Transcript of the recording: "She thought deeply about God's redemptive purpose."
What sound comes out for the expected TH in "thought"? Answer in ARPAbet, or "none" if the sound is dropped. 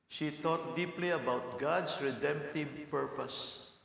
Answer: T